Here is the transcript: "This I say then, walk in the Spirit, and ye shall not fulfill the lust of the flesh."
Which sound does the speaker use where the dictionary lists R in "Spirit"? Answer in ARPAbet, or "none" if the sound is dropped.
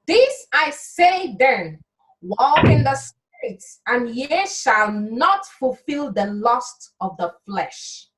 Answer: none